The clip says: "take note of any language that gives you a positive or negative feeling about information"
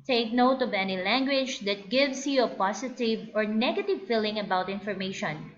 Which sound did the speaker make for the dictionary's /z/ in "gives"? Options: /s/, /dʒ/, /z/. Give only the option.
/s/